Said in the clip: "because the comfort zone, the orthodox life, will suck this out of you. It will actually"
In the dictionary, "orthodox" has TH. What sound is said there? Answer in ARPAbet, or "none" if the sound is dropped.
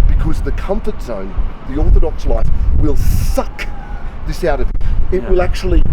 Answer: TH